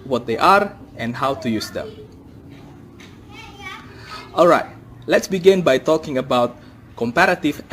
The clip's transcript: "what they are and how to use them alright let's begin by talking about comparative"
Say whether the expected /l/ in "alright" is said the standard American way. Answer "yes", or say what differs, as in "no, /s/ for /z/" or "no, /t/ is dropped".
yes